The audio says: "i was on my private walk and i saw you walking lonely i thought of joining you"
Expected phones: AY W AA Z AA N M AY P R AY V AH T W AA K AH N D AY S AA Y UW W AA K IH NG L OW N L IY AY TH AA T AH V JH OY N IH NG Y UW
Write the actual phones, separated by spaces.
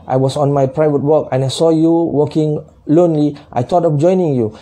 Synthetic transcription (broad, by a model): AY W AA S AA N M AY P R AY V AH T W AA K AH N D AY S AA Y UW W AA K IH NG L OW N L IY AY T AA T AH F JH OY N IH NG Y UW